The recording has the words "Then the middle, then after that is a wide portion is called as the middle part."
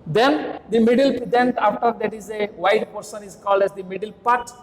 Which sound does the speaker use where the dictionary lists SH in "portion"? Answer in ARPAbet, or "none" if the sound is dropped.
S